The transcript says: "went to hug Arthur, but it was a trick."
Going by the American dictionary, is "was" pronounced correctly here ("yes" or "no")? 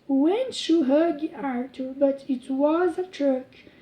yes